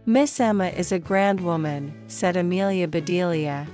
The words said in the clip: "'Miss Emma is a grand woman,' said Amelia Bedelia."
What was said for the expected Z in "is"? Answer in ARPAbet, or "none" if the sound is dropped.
Z